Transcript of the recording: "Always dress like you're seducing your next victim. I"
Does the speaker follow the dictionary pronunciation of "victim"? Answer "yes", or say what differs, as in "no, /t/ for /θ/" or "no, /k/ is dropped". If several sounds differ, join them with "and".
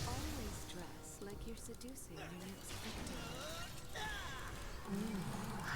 no, /p/ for /v/